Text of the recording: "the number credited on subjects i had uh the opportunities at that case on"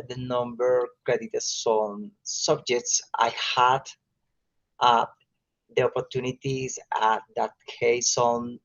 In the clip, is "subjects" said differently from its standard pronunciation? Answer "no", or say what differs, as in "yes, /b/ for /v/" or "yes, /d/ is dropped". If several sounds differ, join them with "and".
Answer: no